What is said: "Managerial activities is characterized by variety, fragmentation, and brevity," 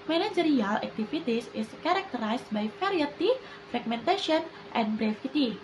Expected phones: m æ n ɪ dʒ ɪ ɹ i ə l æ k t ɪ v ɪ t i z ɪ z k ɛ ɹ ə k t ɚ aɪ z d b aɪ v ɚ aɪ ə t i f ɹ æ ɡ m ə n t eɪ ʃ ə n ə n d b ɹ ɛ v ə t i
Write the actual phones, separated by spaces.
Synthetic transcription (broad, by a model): m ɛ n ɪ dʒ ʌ ɹ i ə l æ k t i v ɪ t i s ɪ s k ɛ ɹ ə k t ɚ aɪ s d b aɪ f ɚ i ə t i f ɹ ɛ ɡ m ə n t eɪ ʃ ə n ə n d b ɹ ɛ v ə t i